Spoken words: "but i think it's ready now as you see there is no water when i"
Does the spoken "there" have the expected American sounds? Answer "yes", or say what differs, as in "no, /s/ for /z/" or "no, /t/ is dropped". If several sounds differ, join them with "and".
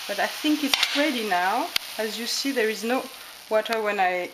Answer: yes